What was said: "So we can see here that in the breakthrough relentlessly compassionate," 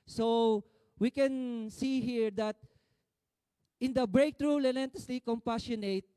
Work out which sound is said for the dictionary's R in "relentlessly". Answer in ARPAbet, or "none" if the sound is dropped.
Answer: L